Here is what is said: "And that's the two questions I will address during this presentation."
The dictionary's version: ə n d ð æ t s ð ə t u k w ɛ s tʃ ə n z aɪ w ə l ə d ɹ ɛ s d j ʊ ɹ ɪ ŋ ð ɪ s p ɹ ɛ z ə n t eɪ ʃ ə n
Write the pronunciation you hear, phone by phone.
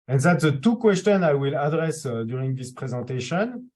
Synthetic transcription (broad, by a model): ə n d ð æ t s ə t u k w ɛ s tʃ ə n aɪ w ə l ə d ɹ ɛ s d j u ɹ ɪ ŋ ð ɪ s p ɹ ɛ z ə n t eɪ ʃ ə n